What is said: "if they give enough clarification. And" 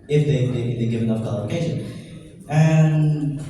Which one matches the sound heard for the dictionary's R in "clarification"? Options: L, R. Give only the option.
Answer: L